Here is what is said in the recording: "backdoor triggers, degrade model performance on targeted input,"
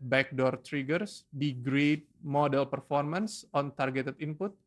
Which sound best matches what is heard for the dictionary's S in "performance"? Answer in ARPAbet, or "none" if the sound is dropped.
S